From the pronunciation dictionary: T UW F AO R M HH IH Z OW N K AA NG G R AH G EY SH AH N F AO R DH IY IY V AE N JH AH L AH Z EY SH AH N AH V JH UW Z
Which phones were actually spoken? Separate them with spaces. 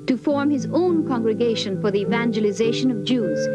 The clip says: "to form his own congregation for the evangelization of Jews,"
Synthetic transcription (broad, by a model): T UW F AO R M HH IH Z OW N K AA NG G R AH G EY SH AH N F AO R DH IY IY V AE N JH AH L AH Z EY SH AH N AH V JH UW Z